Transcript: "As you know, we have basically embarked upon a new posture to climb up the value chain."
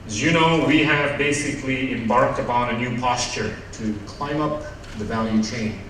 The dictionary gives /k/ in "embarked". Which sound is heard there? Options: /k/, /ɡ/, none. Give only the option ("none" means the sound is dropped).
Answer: /k/